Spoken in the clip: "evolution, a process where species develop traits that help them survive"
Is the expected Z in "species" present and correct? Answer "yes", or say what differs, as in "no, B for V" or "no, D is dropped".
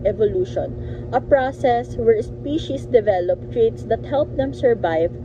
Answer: no, S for Z